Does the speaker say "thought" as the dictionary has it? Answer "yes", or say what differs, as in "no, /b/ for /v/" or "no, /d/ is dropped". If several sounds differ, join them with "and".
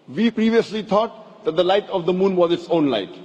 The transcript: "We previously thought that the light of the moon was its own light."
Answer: no, /t/ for /θ/